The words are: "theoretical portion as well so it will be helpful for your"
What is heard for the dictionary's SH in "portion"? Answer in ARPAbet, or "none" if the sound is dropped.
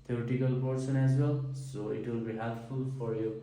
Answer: S